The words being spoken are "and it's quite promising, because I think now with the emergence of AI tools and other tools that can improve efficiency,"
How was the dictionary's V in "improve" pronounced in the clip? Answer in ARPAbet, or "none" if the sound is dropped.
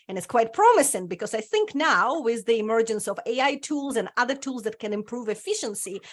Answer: V